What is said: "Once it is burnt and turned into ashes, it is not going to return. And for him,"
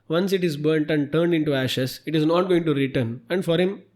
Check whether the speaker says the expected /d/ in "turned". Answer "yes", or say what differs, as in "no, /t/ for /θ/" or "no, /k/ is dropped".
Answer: yes